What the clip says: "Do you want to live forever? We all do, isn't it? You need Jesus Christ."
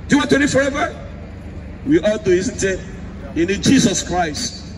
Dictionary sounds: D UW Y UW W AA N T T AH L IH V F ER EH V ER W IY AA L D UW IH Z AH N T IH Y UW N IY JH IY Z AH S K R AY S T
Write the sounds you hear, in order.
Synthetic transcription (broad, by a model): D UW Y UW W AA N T T AH N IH F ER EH V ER W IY AA L D UW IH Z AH N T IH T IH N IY JH IY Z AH S K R AY S T